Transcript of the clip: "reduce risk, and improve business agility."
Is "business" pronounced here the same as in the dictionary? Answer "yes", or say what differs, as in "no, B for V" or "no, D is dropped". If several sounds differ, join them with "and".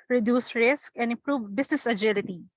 no, S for Z